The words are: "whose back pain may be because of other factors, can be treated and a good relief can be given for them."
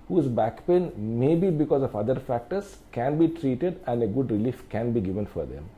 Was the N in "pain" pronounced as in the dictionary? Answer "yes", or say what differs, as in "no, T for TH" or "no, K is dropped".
yes